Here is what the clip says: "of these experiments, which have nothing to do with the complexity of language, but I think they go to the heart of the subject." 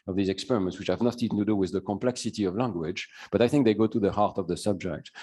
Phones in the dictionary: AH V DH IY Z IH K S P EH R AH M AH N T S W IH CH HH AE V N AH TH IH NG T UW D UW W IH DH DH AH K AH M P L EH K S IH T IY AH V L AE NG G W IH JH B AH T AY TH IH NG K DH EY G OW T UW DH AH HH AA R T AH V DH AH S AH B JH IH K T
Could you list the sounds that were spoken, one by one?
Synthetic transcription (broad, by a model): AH V DH IY Z IH K S P EH R AH M AH N T S W IH CH HH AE V N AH T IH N T UW D UW W IH DH DH AH K AH M P L EH K S IH T IY AH V L AE NG G W IH JH B AH T AY TH IH NG K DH EY G OW T UW DH AH HH AA R T AH V DH AH S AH B JH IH K T